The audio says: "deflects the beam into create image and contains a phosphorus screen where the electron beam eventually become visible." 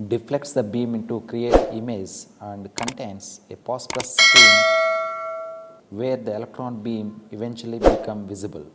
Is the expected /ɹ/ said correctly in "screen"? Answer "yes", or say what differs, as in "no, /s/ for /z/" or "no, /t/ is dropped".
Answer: no, /ɹ/ is dropped